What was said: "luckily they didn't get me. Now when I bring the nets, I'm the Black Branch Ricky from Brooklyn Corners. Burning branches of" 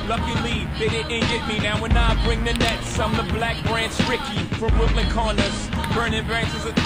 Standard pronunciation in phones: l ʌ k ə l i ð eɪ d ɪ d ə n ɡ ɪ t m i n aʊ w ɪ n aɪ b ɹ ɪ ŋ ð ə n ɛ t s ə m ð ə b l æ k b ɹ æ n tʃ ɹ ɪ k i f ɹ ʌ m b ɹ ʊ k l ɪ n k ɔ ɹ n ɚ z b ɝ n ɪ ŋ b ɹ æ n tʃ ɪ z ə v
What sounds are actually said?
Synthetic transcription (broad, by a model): l ʌ k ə l i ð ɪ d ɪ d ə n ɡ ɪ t m i n aʊ w ɪ n aɪ b ɹ ɪ ŋ ð ə n ɛ t s ə m ð ə b l æ k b ɹ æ n s ɹ ɪ k i f ɹ ʌ m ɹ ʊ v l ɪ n k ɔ n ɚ s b ɝ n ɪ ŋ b ɹ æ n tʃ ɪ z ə